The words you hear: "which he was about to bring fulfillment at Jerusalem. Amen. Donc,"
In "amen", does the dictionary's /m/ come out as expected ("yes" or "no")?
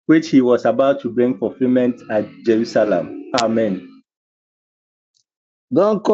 yes